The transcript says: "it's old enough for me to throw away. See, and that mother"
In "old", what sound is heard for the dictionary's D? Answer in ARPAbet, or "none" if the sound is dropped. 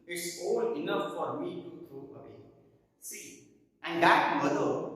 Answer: none